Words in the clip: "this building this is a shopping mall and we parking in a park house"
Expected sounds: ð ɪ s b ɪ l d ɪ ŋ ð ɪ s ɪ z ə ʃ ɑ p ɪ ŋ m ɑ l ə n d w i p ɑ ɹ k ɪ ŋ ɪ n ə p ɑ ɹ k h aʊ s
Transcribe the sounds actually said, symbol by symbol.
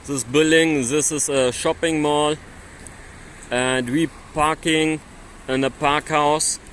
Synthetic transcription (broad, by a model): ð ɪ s b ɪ l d ɪ ŋ ð ɪ s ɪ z ə ʃ ɑ p ɪ ŋ m ɑ l ə n d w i p ɑ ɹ k ɪ ŋ ɪ n ə p ɑ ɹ k h aʊ s